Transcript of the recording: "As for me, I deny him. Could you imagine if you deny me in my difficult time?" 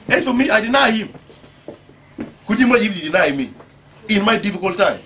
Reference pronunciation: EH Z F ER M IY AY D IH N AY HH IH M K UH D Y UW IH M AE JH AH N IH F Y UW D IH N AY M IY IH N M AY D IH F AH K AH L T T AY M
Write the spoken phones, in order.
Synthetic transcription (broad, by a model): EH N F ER M IY AY D IH N AY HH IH M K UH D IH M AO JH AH IH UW D IH N AY M IY IH N M AY D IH F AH K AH L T T AY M